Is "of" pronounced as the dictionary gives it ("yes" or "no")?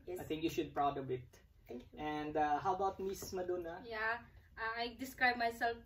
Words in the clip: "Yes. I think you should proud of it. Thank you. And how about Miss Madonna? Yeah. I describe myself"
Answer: no